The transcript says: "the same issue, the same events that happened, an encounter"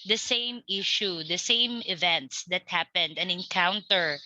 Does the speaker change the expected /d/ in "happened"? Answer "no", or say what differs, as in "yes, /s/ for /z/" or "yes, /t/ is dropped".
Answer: no